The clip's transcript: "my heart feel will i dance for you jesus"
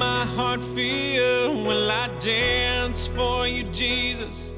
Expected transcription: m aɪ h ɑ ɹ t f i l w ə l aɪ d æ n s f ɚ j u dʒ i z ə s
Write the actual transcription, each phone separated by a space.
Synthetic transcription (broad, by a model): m aɪ h ɑ ɹ t f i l w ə n aɪ d æ n s f ɚ j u dʒ i z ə s